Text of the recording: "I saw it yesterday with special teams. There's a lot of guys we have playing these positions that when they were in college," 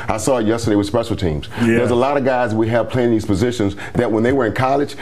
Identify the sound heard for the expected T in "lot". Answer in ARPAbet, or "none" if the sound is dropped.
T